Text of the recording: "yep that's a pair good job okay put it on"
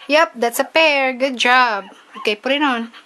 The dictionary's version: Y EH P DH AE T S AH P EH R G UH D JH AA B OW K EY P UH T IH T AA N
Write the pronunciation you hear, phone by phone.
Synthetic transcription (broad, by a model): Y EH P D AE T S AH P EH R G UH D JH AA B OW K EY P UH T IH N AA N